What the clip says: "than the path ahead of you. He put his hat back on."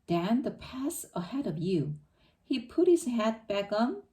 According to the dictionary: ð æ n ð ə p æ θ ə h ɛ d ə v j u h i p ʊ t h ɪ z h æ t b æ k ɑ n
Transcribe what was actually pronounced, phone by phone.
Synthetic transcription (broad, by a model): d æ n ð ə p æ s ə h ɛ d ə v j u h i p ʊ t h ɪ z h æ t b æ k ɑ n